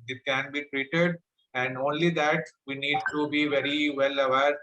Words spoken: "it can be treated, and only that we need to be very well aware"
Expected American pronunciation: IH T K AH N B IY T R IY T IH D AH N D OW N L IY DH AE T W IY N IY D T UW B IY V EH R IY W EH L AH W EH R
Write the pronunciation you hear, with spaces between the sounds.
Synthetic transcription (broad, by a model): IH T K AH N B IY T R IY T IH D AH N D OW N L IY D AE T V IY N IY D T UW B IY V EH R IY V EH L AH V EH R